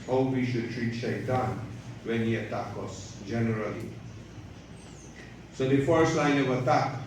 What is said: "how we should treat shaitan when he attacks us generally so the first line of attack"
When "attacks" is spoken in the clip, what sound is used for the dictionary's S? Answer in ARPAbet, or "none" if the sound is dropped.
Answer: none